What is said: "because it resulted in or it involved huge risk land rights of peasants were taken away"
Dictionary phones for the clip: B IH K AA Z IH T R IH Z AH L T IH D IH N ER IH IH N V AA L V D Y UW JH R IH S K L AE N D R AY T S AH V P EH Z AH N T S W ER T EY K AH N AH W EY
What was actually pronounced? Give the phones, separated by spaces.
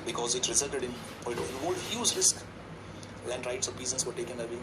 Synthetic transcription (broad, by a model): B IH K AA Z IH T R IH Z AH L T IH D IH N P IH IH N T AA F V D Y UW Z R IH S K L AE N D R AY T S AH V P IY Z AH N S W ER T EY K AH N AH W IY